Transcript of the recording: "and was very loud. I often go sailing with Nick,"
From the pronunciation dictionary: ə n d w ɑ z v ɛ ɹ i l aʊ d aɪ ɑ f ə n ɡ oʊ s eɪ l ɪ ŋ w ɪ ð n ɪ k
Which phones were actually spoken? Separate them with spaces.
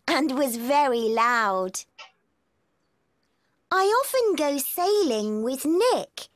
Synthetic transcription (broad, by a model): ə n w ɑ z v ɛ ɹ i l aʊ d aɪ ɑ f ə n ɡ oʊ s eɪ l ɪ ŋ w ɪ ð n ɪ k